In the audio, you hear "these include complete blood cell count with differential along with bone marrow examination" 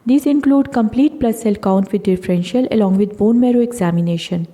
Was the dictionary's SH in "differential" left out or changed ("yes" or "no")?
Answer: no